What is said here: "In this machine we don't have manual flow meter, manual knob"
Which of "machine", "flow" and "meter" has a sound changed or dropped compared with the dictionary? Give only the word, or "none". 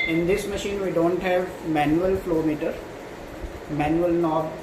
none